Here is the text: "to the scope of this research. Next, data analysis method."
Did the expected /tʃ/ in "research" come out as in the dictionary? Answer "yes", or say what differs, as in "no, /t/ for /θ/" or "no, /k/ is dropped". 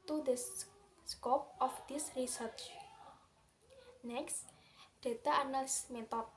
yes